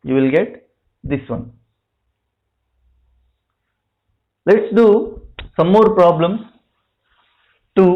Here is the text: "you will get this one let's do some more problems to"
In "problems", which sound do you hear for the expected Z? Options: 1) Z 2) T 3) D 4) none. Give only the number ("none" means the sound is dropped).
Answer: 4